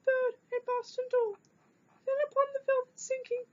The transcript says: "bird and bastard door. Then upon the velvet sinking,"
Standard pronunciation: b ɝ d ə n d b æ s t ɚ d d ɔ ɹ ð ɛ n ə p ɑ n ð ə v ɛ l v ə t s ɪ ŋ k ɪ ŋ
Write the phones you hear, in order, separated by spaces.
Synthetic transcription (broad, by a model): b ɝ d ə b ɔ s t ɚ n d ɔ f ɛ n ə p ɑ n ð ə v ɛ l v ə t s ɪ ŋ k ɪ ŋ